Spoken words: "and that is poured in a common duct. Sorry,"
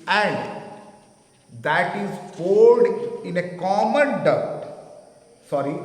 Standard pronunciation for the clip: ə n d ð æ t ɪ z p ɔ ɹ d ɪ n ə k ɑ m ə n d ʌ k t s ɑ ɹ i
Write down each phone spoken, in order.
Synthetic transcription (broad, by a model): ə n d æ t ɪ z f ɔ l d ɪ n ə k ɑ m ə n d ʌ t s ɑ ɹ i